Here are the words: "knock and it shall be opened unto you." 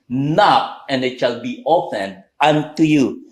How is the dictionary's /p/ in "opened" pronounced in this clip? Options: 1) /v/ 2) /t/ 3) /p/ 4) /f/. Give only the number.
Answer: 4